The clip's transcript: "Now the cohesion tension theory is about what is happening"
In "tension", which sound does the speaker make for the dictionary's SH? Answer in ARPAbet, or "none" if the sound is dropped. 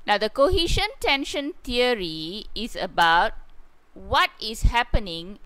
SH